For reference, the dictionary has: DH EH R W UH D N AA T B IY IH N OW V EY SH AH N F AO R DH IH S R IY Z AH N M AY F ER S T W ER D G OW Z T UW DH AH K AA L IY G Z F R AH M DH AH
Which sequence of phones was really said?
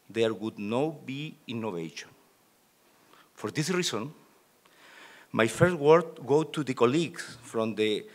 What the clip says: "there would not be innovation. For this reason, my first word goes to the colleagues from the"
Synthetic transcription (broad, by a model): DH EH R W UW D N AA B IY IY N OW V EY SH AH N F AO R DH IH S R IY S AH N M AY F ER S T W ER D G OW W T UW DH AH K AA L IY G S F R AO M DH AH